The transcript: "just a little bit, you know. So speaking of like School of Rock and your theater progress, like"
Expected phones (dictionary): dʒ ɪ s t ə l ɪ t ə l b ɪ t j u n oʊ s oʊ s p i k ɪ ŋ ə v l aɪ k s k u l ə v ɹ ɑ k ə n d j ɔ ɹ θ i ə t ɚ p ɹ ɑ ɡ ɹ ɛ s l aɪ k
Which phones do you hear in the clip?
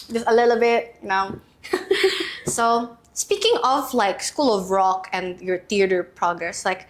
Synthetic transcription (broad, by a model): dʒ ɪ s ə l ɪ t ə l b ɪ t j n oʊ s oʊ s p i k ɪ ŋ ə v l aɪ k s k u l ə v ɹ ɑ k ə n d j ɔ ɹ t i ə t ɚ p ɹ ɑ ɡ ɹ ɛ s l aɪ k